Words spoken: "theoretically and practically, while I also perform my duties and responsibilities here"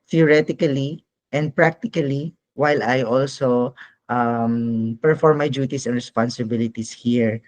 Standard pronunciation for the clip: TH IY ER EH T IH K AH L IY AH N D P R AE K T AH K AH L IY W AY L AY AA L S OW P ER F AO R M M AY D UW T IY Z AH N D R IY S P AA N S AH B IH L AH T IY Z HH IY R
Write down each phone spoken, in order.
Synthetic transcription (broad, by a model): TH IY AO EH T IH K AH L IY AH N D P R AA K T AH K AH L IY W AY L AY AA L S OW P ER F AO R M M AY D UW T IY S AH N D R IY S P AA N S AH B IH L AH T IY S HH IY R